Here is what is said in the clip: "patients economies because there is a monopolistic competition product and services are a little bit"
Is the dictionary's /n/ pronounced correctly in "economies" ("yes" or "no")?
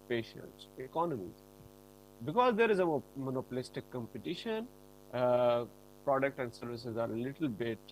yes